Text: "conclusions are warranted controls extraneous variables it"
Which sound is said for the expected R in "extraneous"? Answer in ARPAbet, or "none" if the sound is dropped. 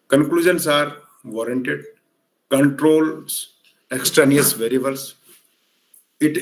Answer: R